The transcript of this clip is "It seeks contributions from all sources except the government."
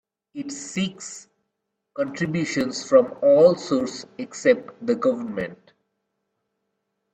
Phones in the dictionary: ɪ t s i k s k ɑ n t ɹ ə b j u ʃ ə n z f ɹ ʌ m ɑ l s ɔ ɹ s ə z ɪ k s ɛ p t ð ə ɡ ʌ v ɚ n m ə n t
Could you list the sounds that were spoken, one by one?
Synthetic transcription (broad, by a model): ɪ t s i k s k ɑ n t ɹ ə b j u ʃ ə n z f ɹ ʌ m ɑ l s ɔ ɹ s ɪ k s ɛ p t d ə ɡ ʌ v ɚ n m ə n t